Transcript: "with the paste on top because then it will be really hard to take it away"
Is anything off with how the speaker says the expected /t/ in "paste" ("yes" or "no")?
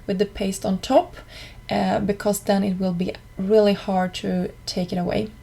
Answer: no